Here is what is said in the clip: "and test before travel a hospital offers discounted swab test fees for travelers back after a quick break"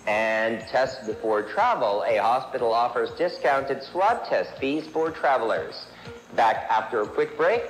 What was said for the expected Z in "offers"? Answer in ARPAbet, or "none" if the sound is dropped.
Z